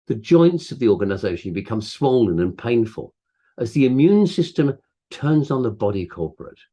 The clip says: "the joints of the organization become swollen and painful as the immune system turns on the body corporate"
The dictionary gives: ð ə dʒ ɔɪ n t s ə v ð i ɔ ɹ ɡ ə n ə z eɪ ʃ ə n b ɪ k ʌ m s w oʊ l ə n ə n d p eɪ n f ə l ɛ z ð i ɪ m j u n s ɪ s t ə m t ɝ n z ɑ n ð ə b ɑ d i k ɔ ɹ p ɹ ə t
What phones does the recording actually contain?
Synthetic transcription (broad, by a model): ð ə dʒ ɔɪ n t s ə v ð i ɔ ɹ ɡ ə n ə z eɪ ʃ ə n b ɪ k ʌ m s w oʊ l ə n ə n p eɪ n f ə l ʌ z ð i ɪ m j u n s ɪ s t ə m t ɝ n z n ð ə b ɑ d i k ɔ ɹ p ɹ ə t